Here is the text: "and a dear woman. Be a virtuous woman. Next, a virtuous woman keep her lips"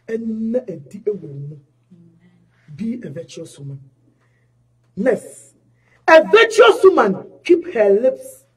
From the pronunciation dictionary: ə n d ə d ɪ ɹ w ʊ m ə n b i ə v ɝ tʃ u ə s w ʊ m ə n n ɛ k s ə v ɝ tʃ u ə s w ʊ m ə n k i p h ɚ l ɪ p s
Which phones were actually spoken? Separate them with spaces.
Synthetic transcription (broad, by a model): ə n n ə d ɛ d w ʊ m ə b i ə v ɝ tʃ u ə s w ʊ m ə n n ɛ s ə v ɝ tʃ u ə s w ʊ m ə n k i p h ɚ l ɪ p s